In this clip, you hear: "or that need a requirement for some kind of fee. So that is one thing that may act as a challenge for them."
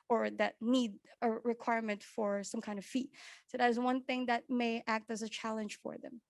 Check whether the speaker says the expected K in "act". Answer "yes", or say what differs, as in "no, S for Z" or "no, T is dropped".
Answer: yes